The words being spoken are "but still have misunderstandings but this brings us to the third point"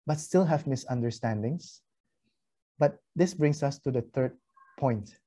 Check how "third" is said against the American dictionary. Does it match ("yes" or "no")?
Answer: no